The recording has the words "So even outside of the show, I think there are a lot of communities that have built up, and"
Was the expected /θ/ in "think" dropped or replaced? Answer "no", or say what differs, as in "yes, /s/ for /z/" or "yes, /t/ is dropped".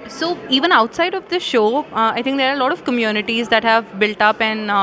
yes, /t/ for /θ/